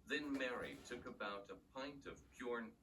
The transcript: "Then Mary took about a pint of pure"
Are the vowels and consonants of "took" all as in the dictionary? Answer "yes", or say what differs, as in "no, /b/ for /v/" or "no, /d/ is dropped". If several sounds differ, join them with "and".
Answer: yes